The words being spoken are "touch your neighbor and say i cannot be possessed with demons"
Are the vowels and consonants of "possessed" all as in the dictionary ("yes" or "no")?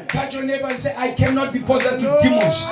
no